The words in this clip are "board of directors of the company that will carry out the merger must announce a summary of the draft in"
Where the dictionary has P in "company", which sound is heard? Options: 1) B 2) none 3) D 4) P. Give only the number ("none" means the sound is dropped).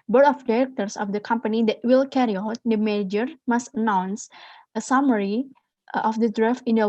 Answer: 4